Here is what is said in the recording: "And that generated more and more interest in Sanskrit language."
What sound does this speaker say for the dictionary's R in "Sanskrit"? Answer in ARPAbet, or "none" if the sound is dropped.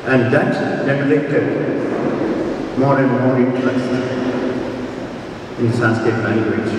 none